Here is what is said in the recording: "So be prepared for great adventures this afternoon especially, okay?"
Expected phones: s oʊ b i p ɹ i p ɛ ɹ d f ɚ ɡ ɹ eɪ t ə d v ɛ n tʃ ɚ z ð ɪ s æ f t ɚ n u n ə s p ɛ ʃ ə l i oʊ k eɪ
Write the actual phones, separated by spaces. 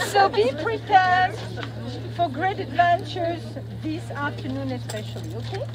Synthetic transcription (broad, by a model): s oʊ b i p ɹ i p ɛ ɹ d f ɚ ɡ ɹ eɪ t ə d v ɛ n tʃ ɚ z ð ɪ s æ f t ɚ n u n ə s p ɛ ʃ ə l i oʊ k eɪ